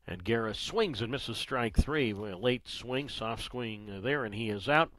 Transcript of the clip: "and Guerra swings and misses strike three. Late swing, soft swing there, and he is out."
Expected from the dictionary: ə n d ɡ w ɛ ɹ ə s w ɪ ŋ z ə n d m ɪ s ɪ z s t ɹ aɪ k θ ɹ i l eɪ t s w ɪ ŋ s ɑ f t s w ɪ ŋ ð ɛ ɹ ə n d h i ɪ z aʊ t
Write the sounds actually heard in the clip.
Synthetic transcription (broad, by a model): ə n ɡ ɛ ɹ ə s w ɪ ŋ z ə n m ɪ s ɪ z s t ɹ aɪ k θ ɹ i l eɪ t s w ɪ ŋ s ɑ f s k w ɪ ŋ ð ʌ ɹ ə n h i ɪ z aʊ t